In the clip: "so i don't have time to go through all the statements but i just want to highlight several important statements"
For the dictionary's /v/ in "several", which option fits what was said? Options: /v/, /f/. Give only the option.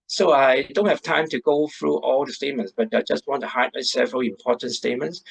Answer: /v/